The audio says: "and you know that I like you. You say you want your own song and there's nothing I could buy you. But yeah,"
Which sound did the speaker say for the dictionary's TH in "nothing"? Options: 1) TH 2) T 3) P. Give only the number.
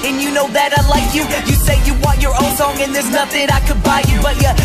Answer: 1